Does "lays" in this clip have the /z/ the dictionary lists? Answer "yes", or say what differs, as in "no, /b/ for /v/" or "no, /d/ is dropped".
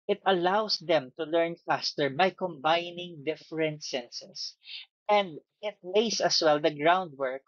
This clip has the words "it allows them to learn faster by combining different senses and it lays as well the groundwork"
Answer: no, /s/ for /z/